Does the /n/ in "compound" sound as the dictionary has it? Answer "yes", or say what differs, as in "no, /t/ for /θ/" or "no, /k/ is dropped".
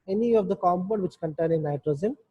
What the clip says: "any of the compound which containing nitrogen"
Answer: no, /n/ is dropped